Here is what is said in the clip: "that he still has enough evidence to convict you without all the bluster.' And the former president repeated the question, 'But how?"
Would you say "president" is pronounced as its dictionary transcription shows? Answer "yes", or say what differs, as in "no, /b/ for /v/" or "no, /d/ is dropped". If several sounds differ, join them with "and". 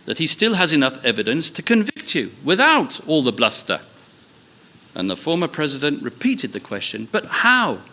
yes